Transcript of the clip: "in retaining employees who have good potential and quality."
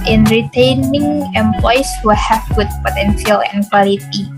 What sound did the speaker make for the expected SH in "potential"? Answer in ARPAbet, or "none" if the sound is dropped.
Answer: S